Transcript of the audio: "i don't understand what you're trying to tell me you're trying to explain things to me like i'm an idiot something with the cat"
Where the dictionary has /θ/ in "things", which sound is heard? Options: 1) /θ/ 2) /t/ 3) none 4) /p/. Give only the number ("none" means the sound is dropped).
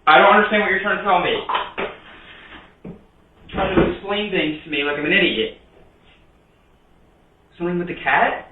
1